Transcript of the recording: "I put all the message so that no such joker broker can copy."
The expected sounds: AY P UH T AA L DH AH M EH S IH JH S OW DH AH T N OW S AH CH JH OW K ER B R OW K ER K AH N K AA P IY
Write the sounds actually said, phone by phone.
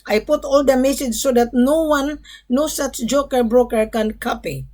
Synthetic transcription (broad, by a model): AY P UH T AA L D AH M EH S IH JH S OW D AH T N OW S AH S JH OW K ER B R OW K ER K AH N K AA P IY